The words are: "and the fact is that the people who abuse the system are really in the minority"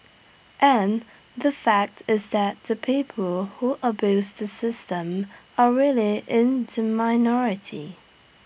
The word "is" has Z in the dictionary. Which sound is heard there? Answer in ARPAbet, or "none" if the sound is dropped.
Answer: Z